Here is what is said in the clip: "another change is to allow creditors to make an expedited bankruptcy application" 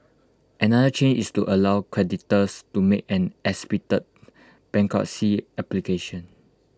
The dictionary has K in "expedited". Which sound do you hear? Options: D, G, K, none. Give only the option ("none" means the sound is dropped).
none